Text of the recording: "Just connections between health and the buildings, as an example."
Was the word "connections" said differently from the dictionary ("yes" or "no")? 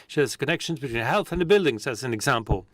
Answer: no